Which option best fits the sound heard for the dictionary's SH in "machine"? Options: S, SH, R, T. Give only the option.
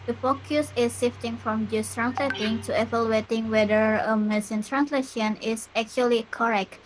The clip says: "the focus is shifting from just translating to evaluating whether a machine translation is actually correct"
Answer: S